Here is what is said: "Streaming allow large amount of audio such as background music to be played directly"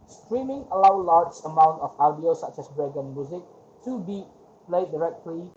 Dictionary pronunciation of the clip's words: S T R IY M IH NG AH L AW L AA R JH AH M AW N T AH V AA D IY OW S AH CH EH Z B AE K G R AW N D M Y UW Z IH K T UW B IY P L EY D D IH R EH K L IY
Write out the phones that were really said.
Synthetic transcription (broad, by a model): S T R IY M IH NG AH L AW L AA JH AH M AW N T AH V AA D IY OW S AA CH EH S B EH G AW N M Y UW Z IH K T UW B IY P L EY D D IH R EH K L IY